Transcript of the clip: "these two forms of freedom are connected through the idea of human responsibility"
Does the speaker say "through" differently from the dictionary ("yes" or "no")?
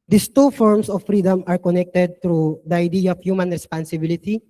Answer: yes